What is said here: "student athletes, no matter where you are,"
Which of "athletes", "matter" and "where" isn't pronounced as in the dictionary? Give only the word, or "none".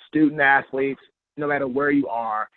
none